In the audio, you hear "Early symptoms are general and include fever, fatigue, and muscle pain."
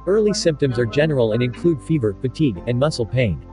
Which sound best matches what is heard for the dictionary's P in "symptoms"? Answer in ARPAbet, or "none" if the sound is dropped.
P